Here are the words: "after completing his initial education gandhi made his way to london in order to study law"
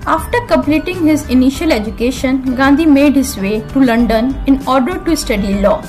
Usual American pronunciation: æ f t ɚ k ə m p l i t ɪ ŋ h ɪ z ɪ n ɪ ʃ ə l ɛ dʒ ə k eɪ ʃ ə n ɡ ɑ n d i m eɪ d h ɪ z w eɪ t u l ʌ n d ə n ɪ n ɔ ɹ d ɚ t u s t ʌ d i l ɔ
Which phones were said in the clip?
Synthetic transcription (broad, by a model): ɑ f t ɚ k ə m p l i t ɪ ŋ h ɪ z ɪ n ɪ ʃ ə l ɛ dʒ ə k eɪ ʃ ə n ɡ ɑ n d i m eɪ d h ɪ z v eɪ t u l ʌ n d ə n ɪ n ɔ ɹ d ɚ t u s t ʌ d i l ɔ